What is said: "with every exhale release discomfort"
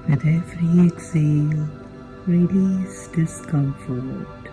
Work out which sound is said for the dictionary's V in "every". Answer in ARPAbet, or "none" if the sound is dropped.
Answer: F